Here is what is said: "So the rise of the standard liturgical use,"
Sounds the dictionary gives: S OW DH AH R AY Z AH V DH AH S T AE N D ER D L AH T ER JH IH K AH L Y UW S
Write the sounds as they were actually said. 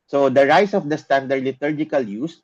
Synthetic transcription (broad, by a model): S OW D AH R AY S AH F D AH S T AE N D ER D L AH T ER JH IH K AH L Y UW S